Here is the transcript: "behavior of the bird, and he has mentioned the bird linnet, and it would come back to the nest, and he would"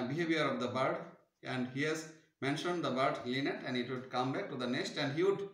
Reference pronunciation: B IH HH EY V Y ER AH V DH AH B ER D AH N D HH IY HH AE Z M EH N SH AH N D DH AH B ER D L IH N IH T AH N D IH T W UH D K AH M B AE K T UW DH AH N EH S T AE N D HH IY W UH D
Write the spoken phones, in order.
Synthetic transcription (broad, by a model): B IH HH EY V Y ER AH V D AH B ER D AH N D HH IY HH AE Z M EH N SH AH N D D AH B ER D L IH N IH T AH N D IH T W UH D K AH M B AE K T UW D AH N EH S T AE N D HH IY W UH D